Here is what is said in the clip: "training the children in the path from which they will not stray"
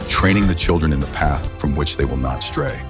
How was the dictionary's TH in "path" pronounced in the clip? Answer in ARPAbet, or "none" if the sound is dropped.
TH